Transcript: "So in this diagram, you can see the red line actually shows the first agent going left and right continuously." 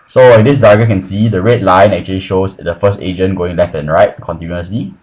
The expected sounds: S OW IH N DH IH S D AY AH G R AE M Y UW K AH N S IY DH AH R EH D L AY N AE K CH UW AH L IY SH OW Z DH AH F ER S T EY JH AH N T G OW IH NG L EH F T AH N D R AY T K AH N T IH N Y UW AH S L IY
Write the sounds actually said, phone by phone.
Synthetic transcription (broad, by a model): S OW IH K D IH S D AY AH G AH K AH N S IY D AH R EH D L AY N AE K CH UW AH L IY SH OW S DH AH F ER S T EY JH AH N G OW IH NG L EH F T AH N R AY T K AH N T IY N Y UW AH S L IY